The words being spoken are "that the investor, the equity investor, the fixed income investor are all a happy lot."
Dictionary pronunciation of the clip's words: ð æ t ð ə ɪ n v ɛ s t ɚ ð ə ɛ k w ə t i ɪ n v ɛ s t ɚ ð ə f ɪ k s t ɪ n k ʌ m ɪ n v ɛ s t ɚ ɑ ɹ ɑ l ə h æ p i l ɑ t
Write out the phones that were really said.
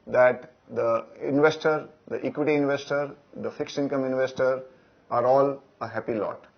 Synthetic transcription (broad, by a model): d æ t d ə ɪ n v ɛ s t ɚ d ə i k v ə t i ɪ n v ɛ s t ɚ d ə f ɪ k s ɪ n k ʌ m ɪ n v ɛ s t ɚ ɑ ɹ ɑ l ə h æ p i l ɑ t